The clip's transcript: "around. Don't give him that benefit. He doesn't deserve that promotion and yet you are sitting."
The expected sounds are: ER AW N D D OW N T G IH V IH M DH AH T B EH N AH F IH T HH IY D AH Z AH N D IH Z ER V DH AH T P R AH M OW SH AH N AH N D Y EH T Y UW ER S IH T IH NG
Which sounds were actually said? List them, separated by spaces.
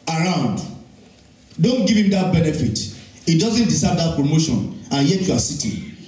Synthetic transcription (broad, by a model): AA AW N D D OW N T G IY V IH M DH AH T B EH N AH F IH T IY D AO Z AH N D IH S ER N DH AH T P R AH M OW SH AH N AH N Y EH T Y UW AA S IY T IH